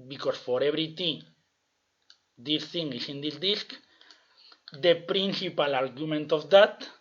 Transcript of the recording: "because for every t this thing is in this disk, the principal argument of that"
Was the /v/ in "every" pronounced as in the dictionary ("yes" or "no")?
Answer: no